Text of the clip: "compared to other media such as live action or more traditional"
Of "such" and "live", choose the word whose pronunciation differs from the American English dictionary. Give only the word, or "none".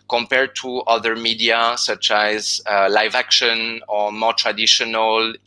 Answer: none